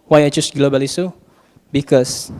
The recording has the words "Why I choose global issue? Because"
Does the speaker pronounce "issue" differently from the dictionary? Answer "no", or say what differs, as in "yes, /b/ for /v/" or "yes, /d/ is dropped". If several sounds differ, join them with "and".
yes, /s/ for /ʃ/